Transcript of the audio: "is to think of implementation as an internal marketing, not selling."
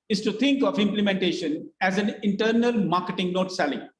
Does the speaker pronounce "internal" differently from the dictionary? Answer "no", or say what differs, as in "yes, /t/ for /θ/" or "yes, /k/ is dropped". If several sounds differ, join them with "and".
no